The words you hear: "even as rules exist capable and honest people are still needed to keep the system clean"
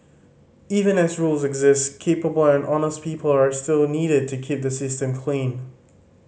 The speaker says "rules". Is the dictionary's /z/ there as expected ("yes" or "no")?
yes